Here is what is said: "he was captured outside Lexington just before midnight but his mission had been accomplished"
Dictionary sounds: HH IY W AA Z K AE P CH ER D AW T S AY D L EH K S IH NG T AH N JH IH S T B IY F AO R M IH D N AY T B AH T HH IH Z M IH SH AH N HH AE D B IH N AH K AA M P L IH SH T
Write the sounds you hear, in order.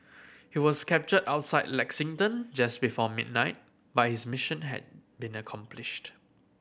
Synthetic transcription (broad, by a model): HH IY W AA S K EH P CH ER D AW T S AY D L EH K S IH NG T AH N JH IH S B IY F AO M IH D N AY T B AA T HH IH S M IH SH AH N HH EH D B IH N AH K AA M P L IH SH T